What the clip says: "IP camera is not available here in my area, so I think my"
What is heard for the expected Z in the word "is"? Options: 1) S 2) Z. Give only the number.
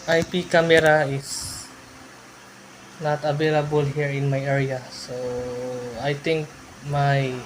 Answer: 1